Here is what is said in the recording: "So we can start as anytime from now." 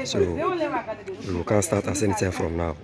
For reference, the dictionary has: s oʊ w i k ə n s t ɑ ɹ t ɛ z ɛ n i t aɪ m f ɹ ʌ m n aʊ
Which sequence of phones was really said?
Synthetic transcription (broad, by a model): s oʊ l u k ə n s t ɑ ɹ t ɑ s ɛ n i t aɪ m f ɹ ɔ m n aʊ